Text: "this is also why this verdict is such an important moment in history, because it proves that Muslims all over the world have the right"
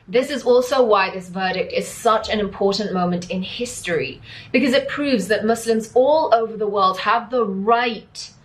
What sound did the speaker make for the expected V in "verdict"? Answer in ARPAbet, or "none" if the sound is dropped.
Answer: V